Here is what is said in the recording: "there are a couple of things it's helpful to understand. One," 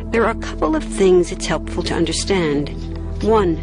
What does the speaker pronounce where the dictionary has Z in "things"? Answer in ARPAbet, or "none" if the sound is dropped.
Z